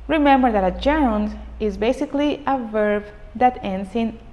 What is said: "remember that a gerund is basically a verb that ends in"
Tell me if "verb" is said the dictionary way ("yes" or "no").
yes